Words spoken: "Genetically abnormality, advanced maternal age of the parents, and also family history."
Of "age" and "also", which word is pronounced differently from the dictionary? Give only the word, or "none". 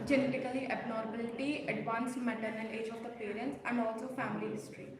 none